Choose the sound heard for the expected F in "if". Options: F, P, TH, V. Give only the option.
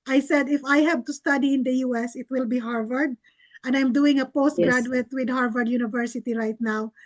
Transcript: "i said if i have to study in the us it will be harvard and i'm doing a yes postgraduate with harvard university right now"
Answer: F